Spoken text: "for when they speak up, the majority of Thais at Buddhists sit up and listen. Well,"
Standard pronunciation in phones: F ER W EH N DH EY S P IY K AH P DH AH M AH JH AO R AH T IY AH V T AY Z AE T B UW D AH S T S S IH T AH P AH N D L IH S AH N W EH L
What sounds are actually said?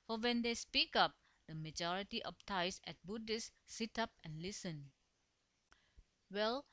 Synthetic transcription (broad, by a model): F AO W EH N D EY S P IY K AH P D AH M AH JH AO R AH T IY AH P T AY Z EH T B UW D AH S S S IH T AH P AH N L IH S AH N W EH L